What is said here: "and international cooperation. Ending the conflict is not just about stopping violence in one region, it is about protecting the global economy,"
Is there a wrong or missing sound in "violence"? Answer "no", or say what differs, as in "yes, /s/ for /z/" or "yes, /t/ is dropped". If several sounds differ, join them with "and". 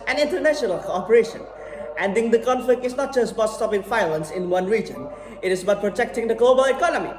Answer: yes, /f/ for /v/